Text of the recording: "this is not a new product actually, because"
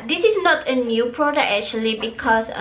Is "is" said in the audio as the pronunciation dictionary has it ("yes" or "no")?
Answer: no